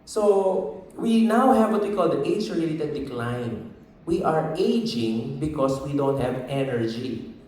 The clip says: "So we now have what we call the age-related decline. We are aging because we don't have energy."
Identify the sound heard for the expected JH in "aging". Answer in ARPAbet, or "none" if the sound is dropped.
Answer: JH